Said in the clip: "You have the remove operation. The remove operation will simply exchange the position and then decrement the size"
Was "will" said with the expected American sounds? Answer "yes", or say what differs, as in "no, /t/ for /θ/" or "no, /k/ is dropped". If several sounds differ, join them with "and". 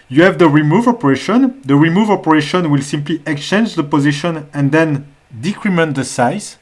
yes